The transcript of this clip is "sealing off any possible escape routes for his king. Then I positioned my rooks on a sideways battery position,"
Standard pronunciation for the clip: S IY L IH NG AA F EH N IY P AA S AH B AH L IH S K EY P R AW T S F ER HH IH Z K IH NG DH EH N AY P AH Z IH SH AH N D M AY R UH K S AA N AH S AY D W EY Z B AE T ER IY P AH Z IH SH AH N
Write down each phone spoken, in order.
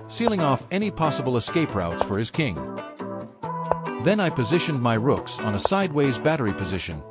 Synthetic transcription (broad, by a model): S IY L IH NG AA F EH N IY P AA S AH B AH L IH S K EY P R AW T S F ER IH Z K IH NG DH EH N AY P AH Z IH SH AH N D M AY R UH K S N AH S AY D W EY Z B AE T ER IY P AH Z IH SH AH N